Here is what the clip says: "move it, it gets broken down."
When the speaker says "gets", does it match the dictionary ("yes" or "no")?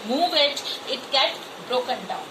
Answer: no